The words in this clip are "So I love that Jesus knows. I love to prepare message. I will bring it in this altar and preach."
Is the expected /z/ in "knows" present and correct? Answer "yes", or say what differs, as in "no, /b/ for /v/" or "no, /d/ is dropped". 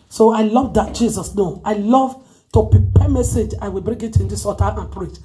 no, /z/ is dropped